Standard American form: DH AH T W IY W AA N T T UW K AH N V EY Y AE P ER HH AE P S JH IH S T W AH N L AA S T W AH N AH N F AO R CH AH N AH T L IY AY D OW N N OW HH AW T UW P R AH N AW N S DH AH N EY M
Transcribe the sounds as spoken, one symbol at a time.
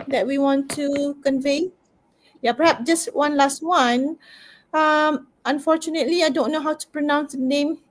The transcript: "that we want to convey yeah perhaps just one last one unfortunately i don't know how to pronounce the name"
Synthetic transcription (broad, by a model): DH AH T W IY W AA N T T UW K AH N V EY Y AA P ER HH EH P S JH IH S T W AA N L AA S T W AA N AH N F AO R CH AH N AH T L IY AY D OW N N OW HH AW T UW P R AH N AW N S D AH N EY M